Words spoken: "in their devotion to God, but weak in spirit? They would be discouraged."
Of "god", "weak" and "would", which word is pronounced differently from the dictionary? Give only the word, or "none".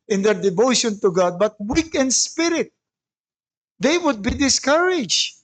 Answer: none